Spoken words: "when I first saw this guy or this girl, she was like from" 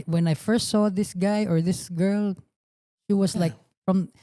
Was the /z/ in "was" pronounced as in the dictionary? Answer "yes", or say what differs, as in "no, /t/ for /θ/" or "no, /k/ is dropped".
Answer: no, /s/ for /z/